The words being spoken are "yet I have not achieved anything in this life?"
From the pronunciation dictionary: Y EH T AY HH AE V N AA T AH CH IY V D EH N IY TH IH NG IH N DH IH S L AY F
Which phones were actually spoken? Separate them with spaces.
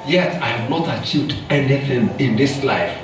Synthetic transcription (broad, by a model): Y EH T AY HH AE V N AA T AH CH IY V D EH N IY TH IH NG IH N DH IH S L AY F